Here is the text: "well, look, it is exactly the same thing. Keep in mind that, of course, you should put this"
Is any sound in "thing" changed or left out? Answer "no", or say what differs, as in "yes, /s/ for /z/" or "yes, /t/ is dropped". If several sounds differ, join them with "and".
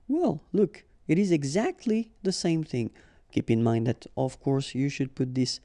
no